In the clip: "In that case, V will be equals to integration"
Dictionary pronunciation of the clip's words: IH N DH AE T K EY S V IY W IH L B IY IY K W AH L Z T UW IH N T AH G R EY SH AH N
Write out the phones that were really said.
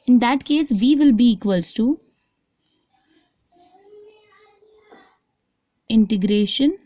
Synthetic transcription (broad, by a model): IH N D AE T K EY S V IY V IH L B IY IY K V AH L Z T UW IH N T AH G R EY SH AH N